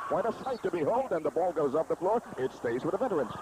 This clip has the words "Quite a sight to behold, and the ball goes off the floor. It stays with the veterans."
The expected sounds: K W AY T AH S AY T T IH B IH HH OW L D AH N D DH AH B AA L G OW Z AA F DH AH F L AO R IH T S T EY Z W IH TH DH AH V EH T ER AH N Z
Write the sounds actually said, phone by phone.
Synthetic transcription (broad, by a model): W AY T AH S AY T T IH B IH HH OW L D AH N DH AH B AA L G OW Z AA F DH AH F L AO R IH T S T EY Z W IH DH AH V EH T ER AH N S